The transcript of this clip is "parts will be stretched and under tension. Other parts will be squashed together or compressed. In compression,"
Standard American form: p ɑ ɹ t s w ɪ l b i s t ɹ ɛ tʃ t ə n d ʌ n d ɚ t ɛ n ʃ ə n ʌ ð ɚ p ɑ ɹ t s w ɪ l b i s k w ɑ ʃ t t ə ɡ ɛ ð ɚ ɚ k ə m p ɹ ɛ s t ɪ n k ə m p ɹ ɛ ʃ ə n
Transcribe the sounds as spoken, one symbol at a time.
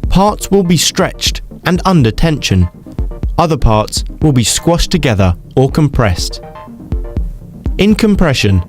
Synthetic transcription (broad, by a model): p ɑ ɹ t s w ɪ l b i s t ɹ ɛ tʃ t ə n ʌ n d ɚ t ɛ n ʃ ə n ʌ ð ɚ p ɑ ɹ t s w ɪ l b i s k w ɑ ʃ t t ə ɡ ɛ ð ɚ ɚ k ə m p ɹ ɛ s t ɪ n k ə m p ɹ ɛ ʃ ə n